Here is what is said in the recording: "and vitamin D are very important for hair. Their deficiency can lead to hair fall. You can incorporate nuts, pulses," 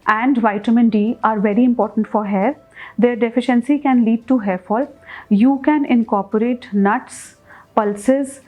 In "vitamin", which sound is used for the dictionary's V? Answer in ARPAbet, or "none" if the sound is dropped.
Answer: V